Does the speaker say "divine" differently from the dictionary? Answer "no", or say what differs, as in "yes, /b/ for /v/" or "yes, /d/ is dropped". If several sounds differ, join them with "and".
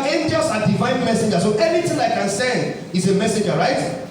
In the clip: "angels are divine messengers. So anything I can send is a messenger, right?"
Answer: no